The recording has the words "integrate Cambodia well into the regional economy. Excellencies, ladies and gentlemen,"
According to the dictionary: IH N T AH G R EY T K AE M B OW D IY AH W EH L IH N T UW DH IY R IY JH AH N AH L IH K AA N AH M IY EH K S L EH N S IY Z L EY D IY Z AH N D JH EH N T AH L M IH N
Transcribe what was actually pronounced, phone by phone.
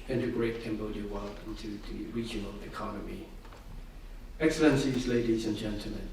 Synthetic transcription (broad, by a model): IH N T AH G R EY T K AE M B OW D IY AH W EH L IH N T UW DH IY R IY JH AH N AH L IH K AA N AH M IY EH K S L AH N S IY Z L EY D IY Z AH N JH EH N T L M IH N